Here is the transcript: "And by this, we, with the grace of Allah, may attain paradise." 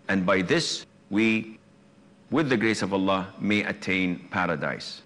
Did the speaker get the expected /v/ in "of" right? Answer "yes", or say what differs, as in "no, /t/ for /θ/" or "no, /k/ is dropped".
yes